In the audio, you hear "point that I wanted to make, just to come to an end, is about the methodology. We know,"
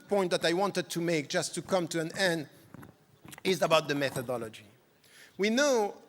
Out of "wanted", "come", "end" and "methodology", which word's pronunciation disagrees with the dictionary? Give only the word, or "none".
none